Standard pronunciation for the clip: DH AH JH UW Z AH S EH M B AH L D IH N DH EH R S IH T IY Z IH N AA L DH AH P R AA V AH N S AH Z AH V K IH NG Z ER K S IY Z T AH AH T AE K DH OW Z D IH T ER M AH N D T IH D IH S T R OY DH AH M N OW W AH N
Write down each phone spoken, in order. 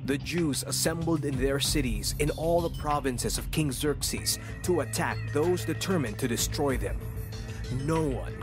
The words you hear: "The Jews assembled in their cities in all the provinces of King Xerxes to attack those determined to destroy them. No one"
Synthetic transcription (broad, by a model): DH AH JH UW Z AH S EH M B L D IH N DH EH R S IH T IY Z IH N AA L DH AH P R AA V AH N S AH Z AH V K IH NG Z ER K S IY Z T AH AH T AE K DH OW Z D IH T ER M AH N T IH D IH S T R OY DH AH M N OW W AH N